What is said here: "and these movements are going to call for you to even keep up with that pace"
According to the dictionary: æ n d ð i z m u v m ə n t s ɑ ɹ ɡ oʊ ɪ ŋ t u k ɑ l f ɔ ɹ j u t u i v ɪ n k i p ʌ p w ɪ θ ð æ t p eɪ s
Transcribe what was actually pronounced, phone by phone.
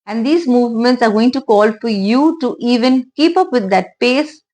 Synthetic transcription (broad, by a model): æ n d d i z m u v m ə n t s ɑ ɹ ɡ oʊ ɪ ŋ t u k ɑ l f ɔ ɹ j u t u i v ɪ n k i p ʌ p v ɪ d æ t p eɪ s